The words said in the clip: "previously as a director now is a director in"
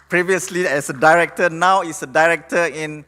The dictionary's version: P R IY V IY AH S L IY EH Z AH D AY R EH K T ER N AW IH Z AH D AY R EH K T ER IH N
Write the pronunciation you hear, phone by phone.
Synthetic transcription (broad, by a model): P R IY V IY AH S L IY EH S AH D AY R EH K T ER N AW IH S AH D AY R EH K T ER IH N